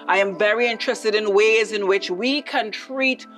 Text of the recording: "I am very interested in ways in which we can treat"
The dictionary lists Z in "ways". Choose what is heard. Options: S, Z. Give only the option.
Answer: Z